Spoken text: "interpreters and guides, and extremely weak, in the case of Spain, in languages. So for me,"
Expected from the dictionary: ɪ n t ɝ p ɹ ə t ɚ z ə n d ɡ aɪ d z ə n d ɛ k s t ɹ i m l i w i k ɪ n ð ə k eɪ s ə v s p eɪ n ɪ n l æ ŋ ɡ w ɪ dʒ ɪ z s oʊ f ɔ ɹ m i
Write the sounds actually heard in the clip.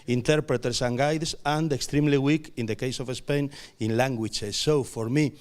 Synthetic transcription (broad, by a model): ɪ n t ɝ p ɹ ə t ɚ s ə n ɡ aɪ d s ə n d ɛ k s t ɹ i m l i w i k ɪ n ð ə k eɪ s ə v s p eɪ n ɪ n l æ ŋ ɡ w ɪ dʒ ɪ s oʊ f ɔ ɹ m i